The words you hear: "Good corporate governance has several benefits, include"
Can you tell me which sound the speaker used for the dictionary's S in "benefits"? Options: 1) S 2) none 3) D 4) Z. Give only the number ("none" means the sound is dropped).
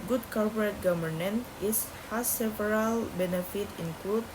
2